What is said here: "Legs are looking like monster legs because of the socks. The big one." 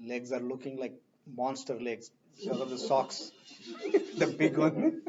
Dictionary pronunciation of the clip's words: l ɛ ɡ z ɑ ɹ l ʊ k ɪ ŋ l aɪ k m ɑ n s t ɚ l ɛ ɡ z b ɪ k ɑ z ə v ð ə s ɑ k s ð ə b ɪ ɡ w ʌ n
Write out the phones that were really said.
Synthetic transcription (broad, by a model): l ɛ ɡ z ɑ ɹ l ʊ k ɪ ŋ l aɪ k m ɑ n s t ɚ l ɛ ɡ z b ɪ k ɑ z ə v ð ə s ɑ k s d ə b ɪ ɡ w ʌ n